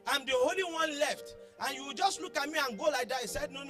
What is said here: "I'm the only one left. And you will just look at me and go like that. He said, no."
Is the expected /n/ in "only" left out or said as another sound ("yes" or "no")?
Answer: yes